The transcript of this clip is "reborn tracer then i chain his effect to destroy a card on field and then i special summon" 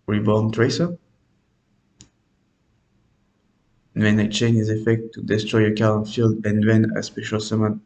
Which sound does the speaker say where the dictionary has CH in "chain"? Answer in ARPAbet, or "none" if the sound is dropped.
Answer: CH